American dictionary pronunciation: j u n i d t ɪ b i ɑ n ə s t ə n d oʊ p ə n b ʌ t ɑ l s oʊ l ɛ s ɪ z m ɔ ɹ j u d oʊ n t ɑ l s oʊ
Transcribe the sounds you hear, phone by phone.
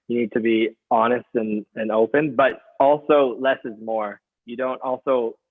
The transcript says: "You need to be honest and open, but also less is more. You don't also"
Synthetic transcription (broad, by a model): j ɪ n i d t ɪ b i ɑ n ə s t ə n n oʊ p ə n b ʌ t ɑ l s oʊ l ɛ s ɪ z m ɔ ɹ j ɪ d oʊ n t ɑ l s oʊ